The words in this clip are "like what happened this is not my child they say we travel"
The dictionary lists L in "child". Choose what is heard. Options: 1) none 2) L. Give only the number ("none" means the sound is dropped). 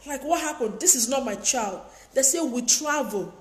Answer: 2